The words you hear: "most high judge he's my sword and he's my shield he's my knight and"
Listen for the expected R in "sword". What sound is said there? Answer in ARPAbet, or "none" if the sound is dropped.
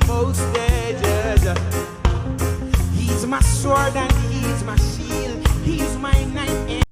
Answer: R